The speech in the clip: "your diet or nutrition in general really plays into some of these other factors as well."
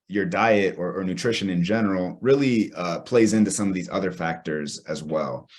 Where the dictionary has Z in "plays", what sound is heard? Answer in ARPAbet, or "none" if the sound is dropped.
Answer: Z